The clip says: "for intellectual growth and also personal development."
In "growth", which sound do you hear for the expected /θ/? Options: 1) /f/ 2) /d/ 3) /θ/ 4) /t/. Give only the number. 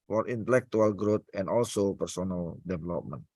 4